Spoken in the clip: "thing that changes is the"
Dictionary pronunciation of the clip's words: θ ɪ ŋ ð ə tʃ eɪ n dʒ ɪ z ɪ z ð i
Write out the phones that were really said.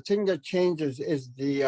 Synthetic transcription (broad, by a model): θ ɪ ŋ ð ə tʃ eɪ n dʒ ɪ z ɪ z ð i